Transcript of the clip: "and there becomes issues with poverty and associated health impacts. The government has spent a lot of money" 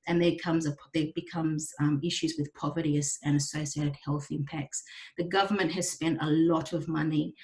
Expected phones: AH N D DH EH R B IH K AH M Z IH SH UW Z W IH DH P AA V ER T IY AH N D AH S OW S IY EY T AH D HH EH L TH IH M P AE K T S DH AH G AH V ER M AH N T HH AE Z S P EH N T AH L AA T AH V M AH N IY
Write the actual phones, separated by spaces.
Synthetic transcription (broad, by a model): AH N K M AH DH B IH K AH M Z IH SH UW Z W IH DH P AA V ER T IY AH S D AH S OW S IY EY T AH D HH EH L TH IH M P AE K T S DH AH G AH V ER M AH N T HH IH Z S P EH N T AH L AA T AH V M AH N IY